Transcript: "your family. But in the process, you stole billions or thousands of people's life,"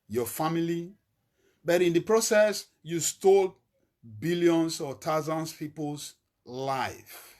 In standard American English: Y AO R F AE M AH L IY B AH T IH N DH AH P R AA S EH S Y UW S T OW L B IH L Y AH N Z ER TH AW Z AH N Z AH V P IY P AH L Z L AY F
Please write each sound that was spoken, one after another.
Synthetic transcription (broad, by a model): Y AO F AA M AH L IY B AH T IH N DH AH P R AA S EH S Y UW S T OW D B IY L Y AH N S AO T AW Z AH N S P IY P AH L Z L AY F